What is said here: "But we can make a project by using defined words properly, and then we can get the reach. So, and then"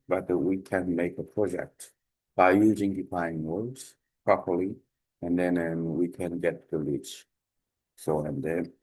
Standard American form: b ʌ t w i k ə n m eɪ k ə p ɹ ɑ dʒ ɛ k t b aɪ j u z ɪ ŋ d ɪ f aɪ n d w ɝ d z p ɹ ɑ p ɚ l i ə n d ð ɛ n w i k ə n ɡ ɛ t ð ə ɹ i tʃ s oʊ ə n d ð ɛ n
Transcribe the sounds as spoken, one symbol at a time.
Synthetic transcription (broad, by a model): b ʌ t w i k ə n m eɪ k ə p ɹ ɑ dʒ ɛ k t b aɪ j u z ɪ ŋ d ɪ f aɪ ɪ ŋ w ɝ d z p ɹ ɑ p ɚ l i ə n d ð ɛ n w i k ə n ɡ ɛ t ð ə l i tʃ s oʊ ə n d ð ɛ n